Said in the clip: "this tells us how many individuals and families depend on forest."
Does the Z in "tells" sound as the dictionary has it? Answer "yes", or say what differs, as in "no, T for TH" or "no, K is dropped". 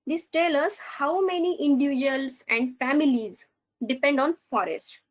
no, Z is dropped